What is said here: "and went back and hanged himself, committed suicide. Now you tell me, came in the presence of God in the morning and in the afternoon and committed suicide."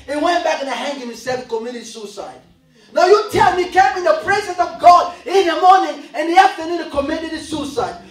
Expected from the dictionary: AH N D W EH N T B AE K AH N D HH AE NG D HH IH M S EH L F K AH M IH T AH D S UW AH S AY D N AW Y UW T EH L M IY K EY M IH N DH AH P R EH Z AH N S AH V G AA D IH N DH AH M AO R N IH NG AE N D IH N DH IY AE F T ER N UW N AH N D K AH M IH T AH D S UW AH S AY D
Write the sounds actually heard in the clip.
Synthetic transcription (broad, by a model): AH W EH N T B AE K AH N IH HH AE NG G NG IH S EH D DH K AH M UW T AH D S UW S AY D N AW Y UW T EH L M IY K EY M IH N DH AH P R EH Z AH N S AH V G AA D IH N DH AH M AO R N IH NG IH N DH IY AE F T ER N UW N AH K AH M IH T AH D S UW S AY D